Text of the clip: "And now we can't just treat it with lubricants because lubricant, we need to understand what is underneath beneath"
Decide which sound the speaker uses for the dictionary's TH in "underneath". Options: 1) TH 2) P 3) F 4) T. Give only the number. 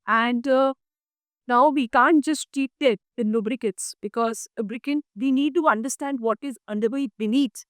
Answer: 4